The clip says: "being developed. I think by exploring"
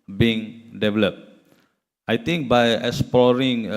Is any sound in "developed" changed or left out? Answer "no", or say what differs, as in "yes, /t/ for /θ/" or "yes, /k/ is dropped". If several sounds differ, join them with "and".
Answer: no